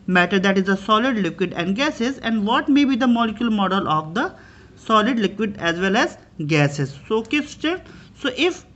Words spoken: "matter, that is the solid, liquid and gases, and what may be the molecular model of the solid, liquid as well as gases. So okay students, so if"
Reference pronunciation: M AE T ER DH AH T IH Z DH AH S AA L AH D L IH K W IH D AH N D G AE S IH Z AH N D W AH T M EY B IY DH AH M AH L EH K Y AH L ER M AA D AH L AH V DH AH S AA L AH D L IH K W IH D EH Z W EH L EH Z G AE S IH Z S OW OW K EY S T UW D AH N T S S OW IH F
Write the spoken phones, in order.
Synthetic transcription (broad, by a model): M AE T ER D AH T IH Z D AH S AA L AH D L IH K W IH D AH N D G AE S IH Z AH N D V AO T M EY B IY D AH M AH L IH K Y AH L M AA D AH L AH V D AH S AA L AH D L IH K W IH D EH Z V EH L EH Z G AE S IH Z S OW OW K EY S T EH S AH T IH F